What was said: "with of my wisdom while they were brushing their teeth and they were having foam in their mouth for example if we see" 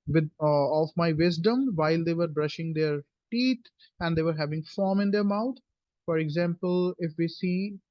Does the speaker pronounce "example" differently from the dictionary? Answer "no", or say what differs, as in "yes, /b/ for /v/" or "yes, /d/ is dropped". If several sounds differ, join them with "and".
no